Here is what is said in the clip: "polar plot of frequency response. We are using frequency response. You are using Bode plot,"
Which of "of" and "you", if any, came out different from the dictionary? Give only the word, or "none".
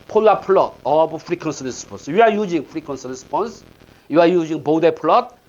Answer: of